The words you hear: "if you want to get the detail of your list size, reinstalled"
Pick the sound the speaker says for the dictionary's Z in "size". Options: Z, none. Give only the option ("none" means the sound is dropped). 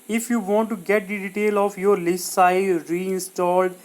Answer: none